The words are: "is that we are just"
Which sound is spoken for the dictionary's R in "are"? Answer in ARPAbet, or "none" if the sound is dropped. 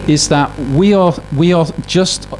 W